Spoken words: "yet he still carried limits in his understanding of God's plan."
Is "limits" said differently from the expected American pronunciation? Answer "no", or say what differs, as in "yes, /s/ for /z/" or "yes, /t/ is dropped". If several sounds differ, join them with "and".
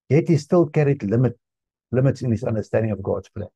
no